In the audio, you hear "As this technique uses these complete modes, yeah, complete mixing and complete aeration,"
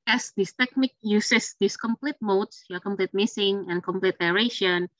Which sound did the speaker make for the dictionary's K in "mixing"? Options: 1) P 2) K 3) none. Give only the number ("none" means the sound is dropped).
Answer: 3